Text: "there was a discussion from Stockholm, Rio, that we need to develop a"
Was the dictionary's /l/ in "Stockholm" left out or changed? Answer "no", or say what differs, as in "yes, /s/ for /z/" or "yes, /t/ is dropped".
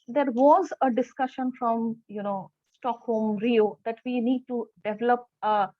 yes, /l/ is dropped